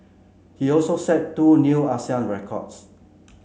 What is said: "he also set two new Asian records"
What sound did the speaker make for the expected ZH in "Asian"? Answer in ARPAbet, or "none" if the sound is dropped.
S